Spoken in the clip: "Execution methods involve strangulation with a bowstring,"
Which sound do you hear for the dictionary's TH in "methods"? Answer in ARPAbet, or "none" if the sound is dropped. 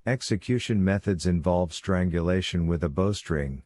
TH